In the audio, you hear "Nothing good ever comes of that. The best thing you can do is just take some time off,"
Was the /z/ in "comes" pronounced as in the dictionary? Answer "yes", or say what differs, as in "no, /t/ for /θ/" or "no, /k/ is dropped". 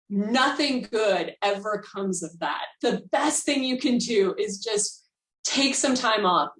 yes